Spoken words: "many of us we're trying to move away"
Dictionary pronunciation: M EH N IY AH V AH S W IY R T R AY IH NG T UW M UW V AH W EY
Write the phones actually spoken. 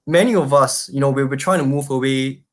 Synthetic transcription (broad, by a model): M EH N IY AH V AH S W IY W T R AY IH NG T UW M UW V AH W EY